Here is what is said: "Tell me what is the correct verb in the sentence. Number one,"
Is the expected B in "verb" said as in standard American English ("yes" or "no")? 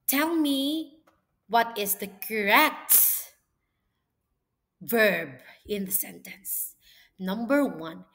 yes